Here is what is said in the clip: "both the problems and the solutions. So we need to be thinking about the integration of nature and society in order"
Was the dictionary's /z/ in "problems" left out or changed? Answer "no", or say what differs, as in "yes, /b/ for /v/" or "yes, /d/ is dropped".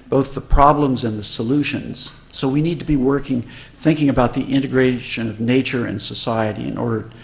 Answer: no